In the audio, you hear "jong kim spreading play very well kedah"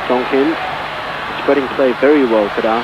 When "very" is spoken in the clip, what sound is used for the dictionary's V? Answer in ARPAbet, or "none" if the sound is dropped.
V